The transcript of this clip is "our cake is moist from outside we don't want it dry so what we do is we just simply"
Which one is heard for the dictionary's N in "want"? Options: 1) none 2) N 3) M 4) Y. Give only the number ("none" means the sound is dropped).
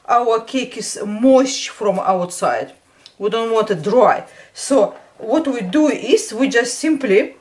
2